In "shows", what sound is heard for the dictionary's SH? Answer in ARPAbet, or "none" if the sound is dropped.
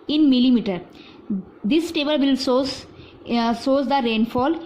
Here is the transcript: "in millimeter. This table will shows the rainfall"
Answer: S